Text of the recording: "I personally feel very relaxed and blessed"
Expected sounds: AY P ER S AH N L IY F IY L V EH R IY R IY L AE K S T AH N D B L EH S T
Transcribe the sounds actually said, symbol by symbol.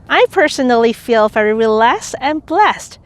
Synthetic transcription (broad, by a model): AY P ER S AH N L IY F IY L V EH R IY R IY L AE S T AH N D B L EH S T